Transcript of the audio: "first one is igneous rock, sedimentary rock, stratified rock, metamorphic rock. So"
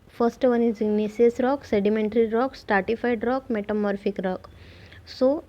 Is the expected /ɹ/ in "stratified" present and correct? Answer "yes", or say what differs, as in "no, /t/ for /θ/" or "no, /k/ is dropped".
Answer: no, /ɹ/ is dropped